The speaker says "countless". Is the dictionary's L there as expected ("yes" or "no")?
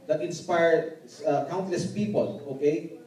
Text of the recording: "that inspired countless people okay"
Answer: yes